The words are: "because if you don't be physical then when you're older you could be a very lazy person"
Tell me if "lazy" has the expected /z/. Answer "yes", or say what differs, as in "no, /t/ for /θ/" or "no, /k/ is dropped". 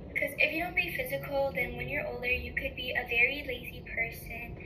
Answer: yes